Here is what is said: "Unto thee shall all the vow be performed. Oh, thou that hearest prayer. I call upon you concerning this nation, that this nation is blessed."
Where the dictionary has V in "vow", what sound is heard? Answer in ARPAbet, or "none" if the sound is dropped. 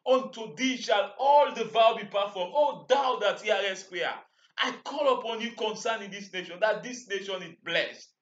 V